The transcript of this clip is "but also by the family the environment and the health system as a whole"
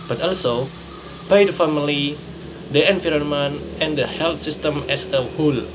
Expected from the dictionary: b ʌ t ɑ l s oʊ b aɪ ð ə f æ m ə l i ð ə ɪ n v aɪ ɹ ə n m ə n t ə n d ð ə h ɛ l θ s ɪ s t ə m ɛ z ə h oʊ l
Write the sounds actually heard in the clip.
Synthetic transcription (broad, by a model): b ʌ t ɑ l s oʊ b aɪ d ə f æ m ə l i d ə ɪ n f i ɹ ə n m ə n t ə n d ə h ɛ l t s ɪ s t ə m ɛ s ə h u l